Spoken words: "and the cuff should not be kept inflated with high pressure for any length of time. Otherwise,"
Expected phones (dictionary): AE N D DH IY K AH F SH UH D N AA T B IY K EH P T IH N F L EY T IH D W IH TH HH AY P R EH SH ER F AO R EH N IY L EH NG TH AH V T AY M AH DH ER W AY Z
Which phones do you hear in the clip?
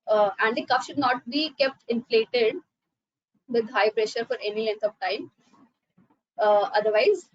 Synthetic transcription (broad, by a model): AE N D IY K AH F SH UH D N AA T B IY K EH P T IH N F L EY T IH D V IH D HH AY P R EH SH ER F AO R EH N IY L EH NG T AH V T AY M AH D ER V AY Z